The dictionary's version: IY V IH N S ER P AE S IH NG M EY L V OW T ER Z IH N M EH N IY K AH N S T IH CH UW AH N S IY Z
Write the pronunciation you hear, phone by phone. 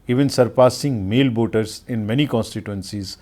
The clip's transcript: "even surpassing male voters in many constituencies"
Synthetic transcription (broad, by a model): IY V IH N S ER P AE S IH NG M EY L B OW T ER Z IH N M EH N IY K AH N S T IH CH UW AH N S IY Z